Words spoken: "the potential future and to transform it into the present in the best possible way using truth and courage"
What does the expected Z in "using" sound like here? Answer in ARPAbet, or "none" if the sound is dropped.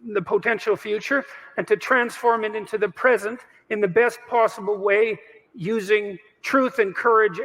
Z